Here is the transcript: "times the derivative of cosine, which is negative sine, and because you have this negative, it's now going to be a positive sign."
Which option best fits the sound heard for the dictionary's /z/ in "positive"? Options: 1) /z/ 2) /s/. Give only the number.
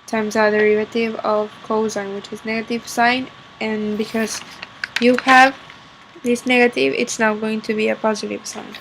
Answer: 1